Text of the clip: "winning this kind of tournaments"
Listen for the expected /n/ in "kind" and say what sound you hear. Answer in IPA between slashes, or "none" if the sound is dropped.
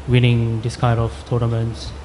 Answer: none